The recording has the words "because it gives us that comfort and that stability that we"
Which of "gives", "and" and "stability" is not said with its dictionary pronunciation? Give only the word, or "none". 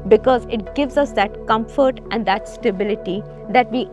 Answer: none